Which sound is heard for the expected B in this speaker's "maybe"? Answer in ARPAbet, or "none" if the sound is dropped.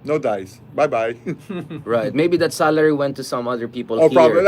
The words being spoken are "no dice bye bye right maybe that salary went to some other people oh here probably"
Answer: B